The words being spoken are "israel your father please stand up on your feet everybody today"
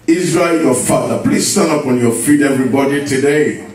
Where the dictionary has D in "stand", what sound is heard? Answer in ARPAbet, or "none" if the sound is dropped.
none